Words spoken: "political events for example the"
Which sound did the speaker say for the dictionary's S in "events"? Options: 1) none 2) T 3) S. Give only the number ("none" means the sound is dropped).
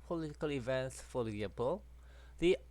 3